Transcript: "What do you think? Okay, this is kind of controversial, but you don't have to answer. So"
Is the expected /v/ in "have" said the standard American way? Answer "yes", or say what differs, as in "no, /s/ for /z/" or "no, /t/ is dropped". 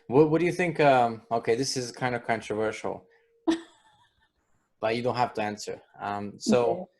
no, /f/ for /v/